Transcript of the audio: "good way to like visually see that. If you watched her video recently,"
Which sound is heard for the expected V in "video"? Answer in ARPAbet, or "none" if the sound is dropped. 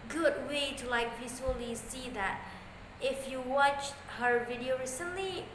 V